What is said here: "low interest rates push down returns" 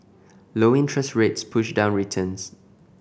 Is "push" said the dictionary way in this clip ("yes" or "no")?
yes